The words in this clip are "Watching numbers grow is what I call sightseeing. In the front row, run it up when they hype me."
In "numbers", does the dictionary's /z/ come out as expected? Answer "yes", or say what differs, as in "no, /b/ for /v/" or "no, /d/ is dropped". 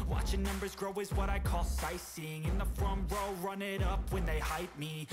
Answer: yes